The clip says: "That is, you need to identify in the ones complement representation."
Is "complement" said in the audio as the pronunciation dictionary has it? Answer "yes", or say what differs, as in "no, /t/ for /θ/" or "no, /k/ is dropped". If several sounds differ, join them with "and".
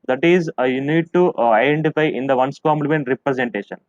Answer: no, /p/ is dropped